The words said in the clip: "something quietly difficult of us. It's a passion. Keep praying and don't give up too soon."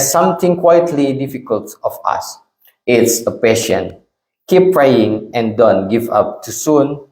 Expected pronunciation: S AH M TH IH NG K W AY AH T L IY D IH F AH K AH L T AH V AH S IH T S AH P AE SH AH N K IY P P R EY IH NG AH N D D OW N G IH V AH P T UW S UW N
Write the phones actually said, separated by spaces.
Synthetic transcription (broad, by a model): S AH M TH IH NG K W AY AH T L IY D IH F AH K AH L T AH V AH S IH T S AH P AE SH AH N K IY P P R EY IH NG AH N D D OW N G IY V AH P T UW S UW N